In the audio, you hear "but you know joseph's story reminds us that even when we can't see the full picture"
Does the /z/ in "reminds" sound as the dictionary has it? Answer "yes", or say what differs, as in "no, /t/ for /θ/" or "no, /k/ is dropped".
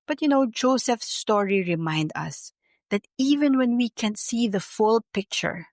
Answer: no, /z/ is dropped